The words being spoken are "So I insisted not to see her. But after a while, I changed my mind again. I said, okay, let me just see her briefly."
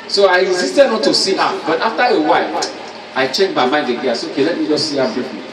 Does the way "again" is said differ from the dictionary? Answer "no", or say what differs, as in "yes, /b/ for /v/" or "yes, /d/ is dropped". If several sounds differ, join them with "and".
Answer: yes, /n/ is dropped